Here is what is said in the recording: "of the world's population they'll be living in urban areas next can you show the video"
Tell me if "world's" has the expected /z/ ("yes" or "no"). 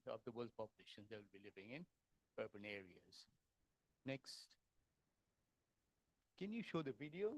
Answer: no